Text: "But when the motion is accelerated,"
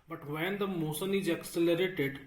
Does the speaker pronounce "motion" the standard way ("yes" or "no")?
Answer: no